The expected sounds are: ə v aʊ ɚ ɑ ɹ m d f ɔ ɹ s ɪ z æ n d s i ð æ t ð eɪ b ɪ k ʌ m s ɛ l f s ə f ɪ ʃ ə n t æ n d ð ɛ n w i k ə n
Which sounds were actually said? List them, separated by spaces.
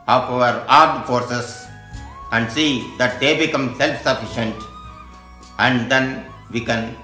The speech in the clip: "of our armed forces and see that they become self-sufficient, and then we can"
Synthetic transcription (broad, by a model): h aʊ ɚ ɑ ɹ d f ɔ ɹ s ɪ s æ n d s i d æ t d eɪ b ɪ k ʌ m s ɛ l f s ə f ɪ ʃ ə n t æ n d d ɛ n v i k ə n